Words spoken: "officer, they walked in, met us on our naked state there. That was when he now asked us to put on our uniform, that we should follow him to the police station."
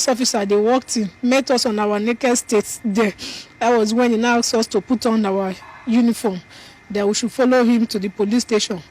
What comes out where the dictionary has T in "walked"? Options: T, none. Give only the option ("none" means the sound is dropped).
T